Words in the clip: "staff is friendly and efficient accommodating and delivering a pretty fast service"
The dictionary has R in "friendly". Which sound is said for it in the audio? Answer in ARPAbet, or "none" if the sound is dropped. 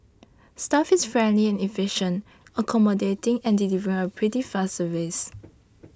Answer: R